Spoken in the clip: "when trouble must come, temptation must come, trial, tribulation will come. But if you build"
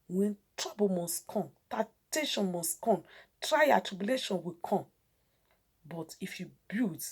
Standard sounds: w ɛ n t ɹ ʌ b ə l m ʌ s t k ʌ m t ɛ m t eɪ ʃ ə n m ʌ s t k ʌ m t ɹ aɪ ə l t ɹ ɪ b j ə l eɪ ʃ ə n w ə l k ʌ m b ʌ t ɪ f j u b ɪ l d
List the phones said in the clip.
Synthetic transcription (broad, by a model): w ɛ n t ɹ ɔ b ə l m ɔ s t k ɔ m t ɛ t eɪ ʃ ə n m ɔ s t k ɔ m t ɹ aɪ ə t ɹ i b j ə l eɪ ʃ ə n w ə k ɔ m b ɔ t ɪ f j u b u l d